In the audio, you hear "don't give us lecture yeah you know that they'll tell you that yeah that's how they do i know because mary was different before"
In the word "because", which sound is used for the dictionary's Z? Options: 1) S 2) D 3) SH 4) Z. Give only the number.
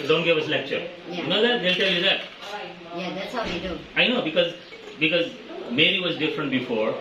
4